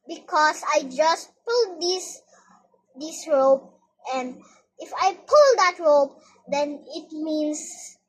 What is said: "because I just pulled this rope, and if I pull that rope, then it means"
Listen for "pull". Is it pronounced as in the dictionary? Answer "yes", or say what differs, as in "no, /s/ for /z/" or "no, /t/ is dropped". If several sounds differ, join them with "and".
yes